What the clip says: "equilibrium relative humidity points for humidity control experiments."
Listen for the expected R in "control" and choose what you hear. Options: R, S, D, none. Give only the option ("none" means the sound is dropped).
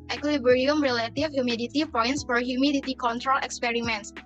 R